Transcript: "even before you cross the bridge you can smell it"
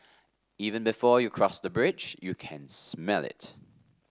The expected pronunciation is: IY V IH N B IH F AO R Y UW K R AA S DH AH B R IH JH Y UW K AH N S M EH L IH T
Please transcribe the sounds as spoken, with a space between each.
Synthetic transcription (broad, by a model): IY V IH N B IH F AO Y UW K R AA S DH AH B R IH JH Y UW K AH N S M EH L IH T